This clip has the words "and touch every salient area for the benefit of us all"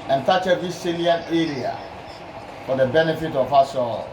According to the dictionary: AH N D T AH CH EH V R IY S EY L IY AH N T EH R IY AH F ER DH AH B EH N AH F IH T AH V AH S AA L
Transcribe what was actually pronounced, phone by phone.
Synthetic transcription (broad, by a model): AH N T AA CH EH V IY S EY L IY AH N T EH R IY AH F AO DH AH B EH N AH F IH T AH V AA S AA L